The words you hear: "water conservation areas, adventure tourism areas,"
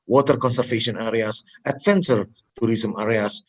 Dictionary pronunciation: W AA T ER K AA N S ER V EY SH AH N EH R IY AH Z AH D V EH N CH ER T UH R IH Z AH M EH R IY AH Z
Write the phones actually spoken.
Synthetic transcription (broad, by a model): W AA T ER K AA N S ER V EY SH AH N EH R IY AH S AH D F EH N S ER T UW R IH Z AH M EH R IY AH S